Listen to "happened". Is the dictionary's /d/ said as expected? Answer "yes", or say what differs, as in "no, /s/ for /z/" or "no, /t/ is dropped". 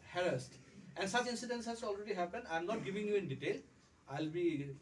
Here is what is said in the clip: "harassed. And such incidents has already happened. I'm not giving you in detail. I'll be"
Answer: no, /d/ is dropped